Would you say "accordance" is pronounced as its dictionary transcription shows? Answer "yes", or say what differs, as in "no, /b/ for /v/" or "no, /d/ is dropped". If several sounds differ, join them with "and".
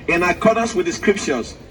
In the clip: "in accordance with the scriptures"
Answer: no, /n/ is dropped